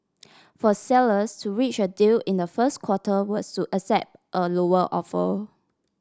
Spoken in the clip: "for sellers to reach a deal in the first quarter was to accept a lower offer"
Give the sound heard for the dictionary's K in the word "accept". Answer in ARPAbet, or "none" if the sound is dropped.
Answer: none